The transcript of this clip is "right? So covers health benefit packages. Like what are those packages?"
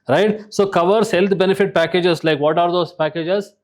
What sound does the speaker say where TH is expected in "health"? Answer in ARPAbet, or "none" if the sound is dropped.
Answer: T